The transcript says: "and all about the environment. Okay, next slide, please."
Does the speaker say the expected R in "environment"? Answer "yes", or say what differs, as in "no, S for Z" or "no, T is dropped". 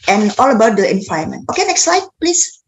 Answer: no, R is dropped